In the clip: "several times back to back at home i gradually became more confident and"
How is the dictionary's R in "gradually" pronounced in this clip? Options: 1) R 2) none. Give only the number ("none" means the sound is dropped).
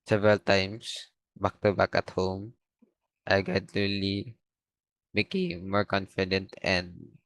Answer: 2